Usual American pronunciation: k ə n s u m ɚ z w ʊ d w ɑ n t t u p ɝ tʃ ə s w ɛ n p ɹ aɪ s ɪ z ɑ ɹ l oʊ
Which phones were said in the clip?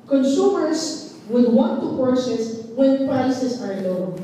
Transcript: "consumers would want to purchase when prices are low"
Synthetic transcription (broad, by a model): k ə n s u m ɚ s w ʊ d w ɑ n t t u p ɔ s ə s w ɛ n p ɹ aɪ s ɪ s ɑ ɹ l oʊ